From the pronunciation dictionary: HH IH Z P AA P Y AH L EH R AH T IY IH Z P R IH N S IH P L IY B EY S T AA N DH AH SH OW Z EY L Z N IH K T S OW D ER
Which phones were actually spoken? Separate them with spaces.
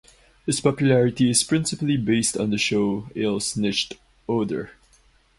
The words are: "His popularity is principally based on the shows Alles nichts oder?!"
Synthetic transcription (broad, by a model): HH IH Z P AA P Y L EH R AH T IY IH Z P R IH N S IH P L IY B EY S T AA N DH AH SH OW EY L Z N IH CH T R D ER